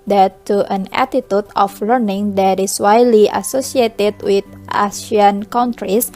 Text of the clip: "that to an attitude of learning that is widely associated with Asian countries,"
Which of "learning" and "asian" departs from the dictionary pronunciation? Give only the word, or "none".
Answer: asian